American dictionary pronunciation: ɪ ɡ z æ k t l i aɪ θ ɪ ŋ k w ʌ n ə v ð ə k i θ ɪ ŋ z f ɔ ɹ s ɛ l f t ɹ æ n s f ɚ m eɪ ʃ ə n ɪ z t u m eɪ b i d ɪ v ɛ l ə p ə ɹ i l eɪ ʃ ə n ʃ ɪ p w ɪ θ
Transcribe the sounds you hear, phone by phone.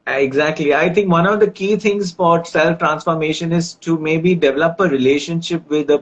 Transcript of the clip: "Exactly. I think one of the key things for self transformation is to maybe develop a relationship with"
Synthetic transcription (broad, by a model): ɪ ɡ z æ k t l i aɪ t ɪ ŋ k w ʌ n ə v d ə k i t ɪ ŋ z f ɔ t s ɛ l f t ɹ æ n s f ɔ m eɪ ʃ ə n ɪ z t u m eɪ b i d ɪ v ɛ l ə p ə ɹ i l eɪ ʃ ə n ʃ ɪ p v ɪ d